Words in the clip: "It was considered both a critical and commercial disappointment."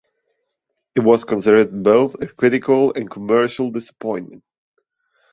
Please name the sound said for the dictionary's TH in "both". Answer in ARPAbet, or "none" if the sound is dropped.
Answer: TH